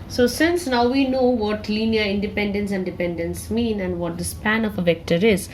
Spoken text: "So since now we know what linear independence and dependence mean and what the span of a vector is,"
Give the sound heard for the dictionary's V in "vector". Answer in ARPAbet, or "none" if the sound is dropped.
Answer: V